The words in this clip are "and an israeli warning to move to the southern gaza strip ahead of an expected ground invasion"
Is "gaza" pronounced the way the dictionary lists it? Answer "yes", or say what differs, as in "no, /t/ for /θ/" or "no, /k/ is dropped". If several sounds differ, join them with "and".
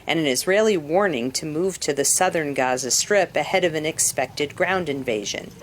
yes